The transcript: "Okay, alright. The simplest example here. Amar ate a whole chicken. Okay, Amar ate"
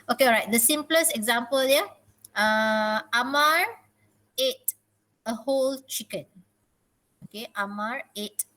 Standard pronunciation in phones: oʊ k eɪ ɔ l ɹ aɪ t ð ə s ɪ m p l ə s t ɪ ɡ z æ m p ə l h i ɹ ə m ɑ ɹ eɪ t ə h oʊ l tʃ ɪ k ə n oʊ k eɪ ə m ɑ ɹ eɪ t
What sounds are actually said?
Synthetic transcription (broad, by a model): oʊ k eɪ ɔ ɹ aɪ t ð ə s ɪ m p l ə s ɪ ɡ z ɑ m p ə l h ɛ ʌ ə m ɑ ɹ eɪ t ə h oʊ l tʃ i k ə n oʊ k eɪ ə m ɑ ɹ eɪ t